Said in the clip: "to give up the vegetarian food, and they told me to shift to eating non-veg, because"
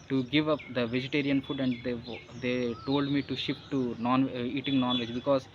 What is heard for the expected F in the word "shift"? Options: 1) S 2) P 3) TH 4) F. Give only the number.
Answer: 2